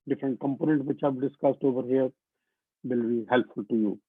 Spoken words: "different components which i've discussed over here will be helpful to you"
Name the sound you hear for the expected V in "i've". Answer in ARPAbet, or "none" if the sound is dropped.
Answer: B